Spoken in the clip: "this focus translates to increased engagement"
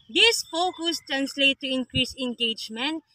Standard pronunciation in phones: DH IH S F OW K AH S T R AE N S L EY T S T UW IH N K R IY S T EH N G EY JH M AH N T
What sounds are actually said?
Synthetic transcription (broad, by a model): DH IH S F OW K AH S T R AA N S L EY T T UW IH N K R IY S EH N G EY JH M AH N T